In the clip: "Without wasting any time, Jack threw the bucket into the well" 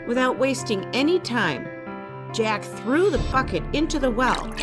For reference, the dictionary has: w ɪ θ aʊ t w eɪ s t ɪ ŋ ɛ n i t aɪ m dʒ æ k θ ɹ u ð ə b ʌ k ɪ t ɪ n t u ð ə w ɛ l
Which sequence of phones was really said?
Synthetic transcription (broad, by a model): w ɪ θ aʊ t w eɪ s t ɪ ŋ ɛ n i t aɪ m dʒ æ k θ ɹ u ð ə b ʌ k ɪ t ɪ n t u ð ə w ɛ l